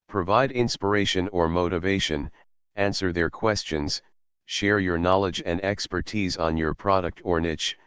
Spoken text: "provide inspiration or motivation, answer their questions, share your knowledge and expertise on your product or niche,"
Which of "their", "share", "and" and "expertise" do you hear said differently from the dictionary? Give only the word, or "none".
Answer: none